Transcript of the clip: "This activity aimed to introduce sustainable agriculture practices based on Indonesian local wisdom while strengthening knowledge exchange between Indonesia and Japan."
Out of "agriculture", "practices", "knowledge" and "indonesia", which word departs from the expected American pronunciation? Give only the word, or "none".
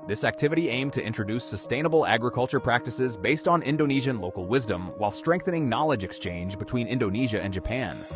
none